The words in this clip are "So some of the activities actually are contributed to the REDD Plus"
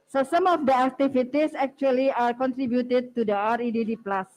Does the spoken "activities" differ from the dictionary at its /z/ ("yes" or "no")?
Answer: yes